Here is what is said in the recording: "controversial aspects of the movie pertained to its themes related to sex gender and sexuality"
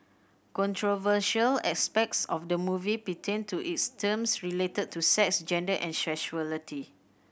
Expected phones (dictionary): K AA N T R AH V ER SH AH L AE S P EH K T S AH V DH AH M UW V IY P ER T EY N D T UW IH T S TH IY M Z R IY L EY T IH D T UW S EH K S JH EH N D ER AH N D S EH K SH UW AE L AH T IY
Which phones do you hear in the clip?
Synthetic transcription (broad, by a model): K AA N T R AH V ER SH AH L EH S P EH K T S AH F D AH M UW V IY P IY T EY N T UW IH T S T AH M S R IY L EY T IH D T UW S EH K S JH EH N D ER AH N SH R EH SH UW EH L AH T IY